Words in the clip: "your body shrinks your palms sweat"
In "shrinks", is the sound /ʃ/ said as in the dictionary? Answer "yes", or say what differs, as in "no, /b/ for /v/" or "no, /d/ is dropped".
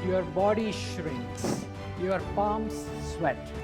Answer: yes